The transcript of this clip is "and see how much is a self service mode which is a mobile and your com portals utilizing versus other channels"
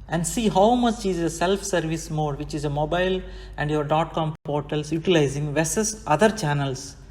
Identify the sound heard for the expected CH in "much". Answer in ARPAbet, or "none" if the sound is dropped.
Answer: S